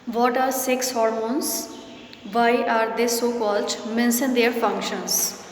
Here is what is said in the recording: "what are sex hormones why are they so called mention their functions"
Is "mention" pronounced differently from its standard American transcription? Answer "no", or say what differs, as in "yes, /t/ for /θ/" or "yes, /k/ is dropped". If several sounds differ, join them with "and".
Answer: yes, /s/ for /ʃ/